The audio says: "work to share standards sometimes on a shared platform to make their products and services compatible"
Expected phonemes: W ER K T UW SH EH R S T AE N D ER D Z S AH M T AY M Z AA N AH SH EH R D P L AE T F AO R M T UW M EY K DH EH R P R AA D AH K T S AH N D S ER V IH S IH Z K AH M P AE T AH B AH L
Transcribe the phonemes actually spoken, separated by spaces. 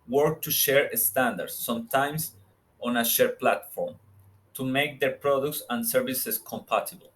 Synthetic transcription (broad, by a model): W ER K T UW SH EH R S T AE N D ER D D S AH M T AY M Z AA N AH SH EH R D P L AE T F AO R M T UW M EY K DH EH R P R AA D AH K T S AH N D S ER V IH S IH S K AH M P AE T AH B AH L